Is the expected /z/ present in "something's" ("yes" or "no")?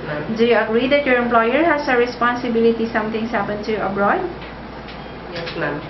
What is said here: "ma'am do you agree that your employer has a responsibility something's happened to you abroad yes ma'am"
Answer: no